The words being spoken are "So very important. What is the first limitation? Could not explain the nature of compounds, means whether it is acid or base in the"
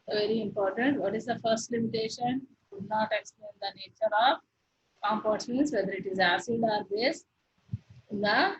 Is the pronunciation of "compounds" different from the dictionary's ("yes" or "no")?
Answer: yes